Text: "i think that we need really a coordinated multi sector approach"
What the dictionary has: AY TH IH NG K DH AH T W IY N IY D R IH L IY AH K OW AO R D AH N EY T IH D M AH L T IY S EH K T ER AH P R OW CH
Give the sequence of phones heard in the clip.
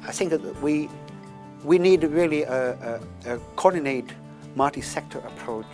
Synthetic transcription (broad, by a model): AY TH IH NG K DH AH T W IY N IY D R IH L IY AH K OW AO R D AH N EY IH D M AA T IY S EH K T ER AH P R OW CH